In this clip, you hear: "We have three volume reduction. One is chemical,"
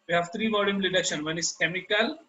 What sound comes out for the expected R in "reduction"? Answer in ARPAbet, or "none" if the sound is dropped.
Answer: L